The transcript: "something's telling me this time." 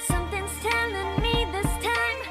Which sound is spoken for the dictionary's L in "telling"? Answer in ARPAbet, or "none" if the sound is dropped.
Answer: N